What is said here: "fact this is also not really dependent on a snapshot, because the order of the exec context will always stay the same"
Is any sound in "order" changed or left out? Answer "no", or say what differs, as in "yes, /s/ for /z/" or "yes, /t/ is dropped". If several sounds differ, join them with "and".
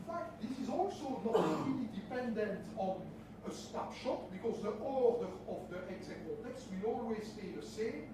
no